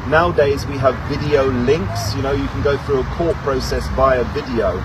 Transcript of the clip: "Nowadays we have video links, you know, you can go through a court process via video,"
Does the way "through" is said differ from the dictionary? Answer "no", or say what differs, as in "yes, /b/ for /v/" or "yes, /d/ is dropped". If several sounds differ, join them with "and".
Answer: no